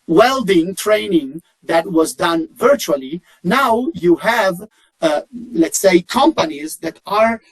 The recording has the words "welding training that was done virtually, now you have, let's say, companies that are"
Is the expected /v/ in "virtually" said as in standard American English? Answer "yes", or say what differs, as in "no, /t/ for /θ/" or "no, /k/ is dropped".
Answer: yes